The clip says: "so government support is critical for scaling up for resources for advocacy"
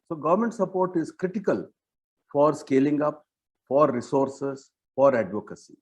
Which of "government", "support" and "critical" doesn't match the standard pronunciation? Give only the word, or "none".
none